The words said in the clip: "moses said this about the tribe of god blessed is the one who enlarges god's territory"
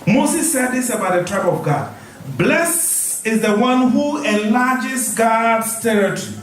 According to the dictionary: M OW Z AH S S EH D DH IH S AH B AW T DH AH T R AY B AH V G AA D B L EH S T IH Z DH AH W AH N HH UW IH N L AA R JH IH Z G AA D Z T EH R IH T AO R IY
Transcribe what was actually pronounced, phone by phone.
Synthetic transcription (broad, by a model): M OW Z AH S S EH D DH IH S AH B AW T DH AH T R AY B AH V G AA D B L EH S IH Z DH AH W AH N HH UW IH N L AA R JH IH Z G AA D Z T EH R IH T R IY